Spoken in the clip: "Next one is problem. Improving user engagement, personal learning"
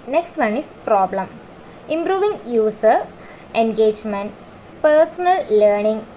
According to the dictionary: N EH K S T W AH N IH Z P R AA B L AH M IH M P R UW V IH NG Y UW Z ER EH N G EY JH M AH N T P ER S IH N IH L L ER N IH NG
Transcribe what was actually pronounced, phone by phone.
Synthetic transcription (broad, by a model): N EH K S T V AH N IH S P R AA B L AH M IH M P R UW V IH NG Y UW S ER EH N G EY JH M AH N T P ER S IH N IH L L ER N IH NG